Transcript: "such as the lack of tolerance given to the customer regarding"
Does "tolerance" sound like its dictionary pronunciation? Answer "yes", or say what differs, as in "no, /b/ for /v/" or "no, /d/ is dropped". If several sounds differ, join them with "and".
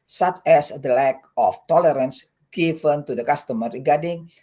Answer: yes